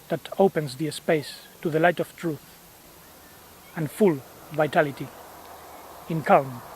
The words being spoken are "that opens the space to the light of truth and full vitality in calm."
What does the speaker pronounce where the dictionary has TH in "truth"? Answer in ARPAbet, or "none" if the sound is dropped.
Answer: TH